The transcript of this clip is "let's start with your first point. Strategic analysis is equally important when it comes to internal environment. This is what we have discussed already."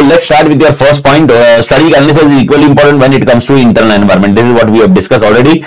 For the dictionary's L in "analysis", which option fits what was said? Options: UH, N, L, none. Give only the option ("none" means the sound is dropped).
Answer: N